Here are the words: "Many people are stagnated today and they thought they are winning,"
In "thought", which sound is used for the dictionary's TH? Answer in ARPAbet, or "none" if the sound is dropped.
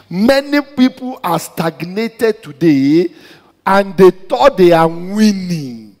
T